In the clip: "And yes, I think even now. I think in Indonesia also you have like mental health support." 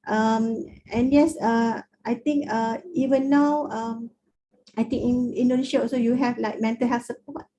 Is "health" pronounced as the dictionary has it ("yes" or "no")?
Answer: no